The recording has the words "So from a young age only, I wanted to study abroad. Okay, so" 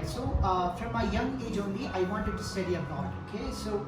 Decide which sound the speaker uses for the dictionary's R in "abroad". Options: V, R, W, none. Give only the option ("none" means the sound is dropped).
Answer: none